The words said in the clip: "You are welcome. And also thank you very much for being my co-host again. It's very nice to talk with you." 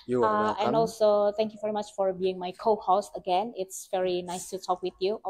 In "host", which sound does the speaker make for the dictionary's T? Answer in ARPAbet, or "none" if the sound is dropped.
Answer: none